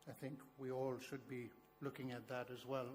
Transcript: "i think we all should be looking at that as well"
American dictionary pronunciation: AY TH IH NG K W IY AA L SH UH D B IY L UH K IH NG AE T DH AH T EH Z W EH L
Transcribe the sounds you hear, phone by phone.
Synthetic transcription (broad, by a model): AY TH IH NG K W IY AA L SH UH D B IY L UH K IH NG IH T DH AH T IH Z W EH L